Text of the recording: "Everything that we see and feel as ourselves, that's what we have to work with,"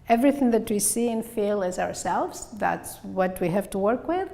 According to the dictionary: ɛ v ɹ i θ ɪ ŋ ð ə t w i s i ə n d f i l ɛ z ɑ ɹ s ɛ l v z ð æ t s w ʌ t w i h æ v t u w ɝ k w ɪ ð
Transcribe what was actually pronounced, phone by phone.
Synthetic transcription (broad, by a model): ɛ v ɹ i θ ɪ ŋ ð ə t w i s i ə n f i l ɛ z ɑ ɹ s ɛ l v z ð æ t s w ʌ t w i h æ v t u w ɝ k w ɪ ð